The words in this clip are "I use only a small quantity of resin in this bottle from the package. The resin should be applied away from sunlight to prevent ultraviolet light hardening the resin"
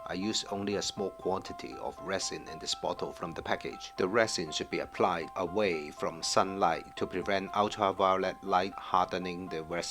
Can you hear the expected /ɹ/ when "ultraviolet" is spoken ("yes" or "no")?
no